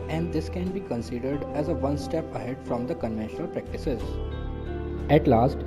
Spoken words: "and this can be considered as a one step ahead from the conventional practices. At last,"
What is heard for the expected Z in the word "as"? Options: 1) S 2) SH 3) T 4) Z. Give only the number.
4